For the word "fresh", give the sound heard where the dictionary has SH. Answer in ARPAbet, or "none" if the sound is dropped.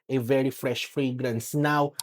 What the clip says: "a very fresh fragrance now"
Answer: SH